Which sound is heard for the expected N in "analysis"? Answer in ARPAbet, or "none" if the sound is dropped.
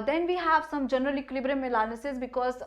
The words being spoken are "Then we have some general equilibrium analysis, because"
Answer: L